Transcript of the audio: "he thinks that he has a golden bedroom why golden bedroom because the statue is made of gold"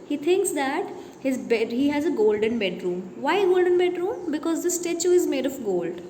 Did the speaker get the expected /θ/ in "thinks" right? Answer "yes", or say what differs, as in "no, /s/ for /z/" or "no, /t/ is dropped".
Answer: no, /t/ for /θ/